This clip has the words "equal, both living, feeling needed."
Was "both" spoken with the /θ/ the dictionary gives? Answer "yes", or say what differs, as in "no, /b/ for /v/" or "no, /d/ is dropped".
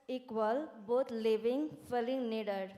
no, /t/ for /θ/